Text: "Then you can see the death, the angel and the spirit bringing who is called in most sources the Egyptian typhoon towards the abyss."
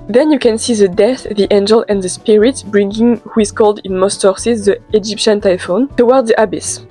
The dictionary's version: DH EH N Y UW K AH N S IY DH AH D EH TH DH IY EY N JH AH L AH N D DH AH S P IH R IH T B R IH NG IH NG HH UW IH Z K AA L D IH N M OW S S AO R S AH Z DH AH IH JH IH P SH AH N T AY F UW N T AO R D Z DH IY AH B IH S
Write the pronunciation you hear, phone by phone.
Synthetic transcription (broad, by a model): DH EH N Y UW K AH N S IY DH AH D EH TH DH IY EY N JH AH L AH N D DH AH S P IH R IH T B R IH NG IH NG HH UW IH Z K AA L D IH N M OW S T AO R S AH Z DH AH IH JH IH P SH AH N T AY F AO N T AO W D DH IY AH B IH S